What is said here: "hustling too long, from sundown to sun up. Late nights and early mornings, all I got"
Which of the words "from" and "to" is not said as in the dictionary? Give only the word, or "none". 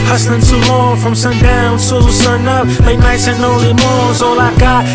to